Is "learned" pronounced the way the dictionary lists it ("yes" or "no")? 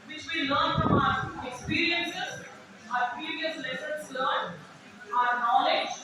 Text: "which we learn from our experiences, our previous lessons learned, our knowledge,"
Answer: no